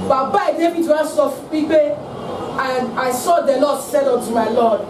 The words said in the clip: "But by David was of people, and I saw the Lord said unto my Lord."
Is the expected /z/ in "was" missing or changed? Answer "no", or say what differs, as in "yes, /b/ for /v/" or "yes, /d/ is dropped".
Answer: yes, /s/ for /z/